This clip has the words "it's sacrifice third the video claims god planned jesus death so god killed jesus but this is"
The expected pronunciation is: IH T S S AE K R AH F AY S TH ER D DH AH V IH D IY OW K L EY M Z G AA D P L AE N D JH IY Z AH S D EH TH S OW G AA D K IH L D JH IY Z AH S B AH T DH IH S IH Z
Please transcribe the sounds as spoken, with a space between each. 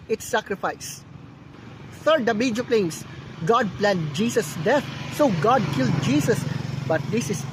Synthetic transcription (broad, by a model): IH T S S AE K R AH F AY S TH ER D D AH B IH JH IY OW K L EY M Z G AA D P L AE N D JH IY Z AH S D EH T S OW G AA D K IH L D JH IY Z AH S B AH T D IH S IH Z